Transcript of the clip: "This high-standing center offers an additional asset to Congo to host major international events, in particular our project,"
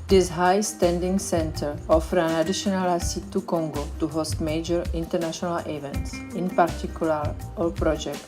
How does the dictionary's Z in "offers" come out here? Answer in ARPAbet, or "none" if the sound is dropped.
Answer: none